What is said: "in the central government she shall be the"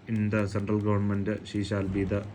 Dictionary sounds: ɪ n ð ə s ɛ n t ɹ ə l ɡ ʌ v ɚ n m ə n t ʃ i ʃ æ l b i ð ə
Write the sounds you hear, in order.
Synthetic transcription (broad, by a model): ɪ n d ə s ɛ n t ɹ ə l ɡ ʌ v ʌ n m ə n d ʃ i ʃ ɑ l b i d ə